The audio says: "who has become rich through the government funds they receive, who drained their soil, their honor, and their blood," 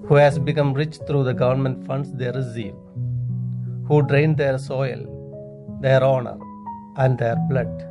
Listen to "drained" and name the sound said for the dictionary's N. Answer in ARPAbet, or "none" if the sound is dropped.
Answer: N